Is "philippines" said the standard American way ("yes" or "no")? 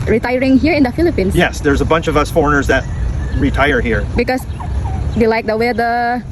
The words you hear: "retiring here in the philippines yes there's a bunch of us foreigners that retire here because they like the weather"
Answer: no